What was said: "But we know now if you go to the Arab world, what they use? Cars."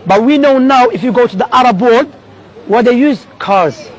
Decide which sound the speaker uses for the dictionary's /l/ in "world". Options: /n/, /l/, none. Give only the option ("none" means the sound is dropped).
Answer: none